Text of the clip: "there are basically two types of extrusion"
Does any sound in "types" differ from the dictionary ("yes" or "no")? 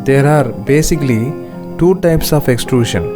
no